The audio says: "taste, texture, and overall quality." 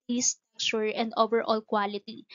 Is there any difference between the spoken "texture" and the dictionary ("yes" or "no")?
yes